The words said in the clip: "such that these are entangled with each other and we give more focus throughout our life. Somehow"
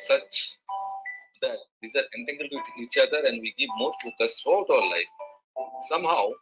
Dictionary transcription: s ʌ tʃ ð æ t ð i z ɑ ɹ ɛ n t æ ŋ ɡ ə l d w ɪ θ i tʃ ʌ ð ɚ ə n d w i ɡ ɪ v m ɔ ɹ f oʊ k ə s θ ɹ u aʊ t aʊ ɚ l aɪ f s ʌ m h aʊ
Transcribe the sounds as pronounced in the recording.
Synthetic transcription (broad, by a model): s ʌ tʃ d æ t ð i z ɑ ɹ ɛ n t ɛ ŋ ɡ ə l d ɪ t i tʃ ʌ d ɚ ə n d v i ɡ ɪ v m ɔ ɹ f oʊ k ə s t ɹ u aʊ t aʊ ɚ l aɪ f s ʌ m h aʊ